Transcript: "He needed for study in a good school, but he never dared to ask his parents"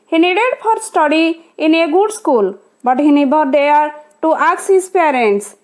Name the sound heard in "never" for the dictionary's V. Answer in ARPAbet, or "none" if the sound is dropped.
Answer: B